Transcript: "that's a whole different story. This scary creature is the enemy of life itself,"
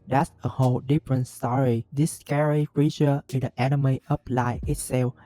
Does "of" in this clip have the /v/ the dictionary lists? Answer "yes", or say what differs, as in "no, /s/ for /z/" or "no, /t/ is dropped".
no, /p/ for /v/